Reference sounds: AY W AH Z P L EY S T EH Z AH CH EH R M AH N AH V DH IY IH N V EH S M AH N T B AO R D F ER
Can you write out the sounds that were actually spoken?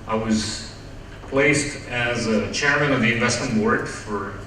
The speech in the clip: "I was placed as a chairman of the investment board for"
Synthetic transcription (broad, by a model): AY W AH Z P L EY S T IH Z AH CH EH R M AH N AH V DH IY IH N V EH S M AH N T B AO R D F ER